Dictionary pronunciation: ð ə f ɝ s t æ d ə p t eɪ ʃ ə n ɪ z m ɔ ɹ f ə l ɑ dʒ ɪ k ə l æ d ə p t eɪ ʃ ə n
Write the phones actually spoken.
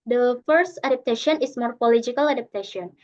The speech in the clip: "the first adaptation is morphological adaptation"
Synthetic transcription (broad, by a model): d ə f ɝ s t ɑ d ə p t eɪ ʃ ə n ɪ s m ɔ ɹ p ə l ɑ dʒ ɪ k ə l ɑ d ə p t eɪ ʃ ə n